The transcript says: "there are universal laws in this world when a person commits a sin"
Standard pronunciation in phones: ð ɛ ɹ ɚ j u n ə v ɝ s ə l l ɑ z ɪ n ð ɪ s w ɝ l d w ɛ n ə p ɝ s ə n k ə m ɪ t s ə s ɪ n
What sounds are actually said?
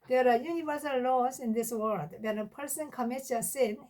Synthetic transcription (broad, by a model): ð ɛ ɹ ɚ j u n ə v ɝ s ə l l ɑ s ɪ n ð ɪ s w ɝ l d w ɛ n ə p ɝ s ə n k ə m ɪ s ə s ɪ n